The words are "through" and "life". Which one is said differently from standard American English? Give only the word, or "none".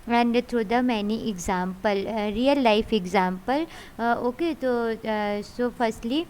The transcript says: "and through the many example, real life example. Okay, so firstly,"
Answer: through